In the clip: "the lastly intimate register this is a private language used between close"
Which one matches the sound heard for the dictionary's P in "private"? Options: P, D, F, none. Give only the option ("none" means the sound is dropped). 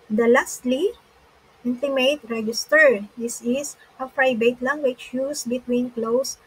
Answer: F